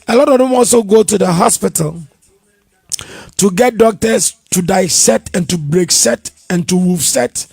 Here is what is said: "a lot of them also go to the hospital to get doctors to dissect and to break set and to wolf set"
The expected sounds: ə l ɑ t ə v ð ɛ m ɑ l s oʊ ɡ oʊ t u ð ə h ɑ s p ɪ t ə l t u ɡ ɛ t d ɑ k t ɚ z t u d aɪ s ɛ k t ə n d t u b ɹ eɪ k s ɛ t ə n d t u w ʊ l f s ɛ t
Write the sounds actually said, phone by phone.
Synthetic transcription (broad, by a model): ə l ɑ t ə v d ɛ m ɑ l s oʊ ɡ oʊ t u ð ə h ɑ s p ɪ t ə l t u ɡ ɛ t d ɑ k t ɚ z t u d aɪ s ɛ t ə n t u b ɹ eɪ k s ɛ t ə n t u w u f s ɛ t